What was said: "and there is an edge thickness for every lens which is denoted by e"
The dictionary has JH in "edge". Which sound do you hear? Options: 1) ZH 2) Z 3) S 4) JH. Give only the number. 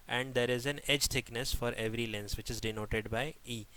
4